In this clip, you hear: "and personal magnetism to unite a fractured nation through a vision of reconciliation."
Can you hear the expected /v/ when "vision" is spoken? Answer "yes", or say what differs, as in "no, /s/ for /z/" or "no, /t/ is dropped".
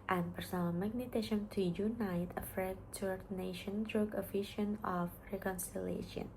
no, /f/ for /v/